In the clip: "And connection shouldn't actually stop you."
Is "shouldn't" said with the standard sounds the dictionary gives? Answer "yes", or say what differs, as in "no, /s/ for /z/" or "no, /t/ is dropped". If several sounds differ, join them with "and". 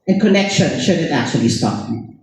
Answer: no, /n/ is dropped